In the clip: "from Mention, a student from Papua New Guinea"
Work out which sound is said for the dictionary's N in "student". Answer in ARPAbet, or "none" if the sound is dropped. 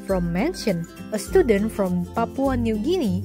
N